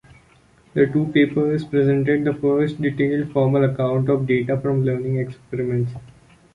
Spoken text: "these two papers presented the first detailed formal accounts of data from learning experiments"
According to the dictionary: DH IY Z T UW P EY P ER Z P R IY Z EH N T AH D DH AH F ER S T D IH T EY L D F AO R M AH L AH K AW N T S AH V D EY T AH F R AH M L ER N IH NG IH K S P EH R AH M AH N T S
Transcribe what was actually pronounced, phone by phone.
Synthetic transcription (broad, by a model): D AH T UW P EY P ER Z P R IY Z EH N T AH D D AH F ER S T D IH T EY L D F AO R M AH L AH K AW N T AH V D EY T AH F R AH M L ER N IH NG IH K S P EH R AH M AH N T S